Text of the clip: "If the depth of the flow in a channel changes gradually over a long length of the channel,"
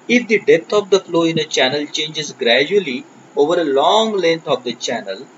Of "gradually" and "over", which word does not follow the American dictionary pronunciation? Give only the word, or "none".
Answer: none